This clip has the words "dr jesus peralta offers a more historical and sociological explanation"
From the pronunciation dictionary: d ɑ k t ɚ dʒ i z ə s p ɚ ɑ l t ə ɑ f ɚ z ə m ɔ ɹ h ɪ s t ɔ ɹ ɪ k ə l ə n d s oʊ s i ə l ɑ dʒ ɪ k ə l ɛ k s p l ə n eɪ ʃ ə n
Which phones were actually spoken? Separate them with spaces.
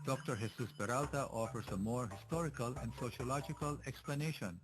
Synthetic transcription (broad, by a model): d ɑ k t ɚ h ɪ s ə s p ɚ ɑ l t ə ɑ f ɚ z ə m ɔ ɹ h ɪ s t ɔ ɹ ɪ k ə l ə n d s oʊ ʃ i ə l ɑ dʒ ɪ k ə l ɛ k s p l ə n eɪ ʃ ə n